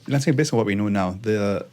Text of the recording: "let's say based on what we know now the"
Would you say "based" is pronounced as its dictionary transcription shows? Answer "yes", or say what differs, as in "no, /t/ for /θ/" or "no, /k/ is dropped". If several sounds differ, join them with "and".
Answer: no, /t/ is dropped